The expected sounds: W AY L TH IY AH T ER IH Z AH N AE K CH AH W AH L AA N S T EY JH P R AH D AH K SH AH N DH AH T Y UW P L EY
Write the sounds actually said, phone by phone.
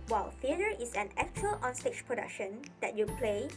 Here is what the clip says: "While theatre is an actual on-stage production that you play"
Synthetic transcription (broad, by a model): W AY L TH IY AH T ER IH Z AH N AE K CH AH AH L AA N S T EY CH P R AH D AH K SH AH N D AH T Y UW P L EY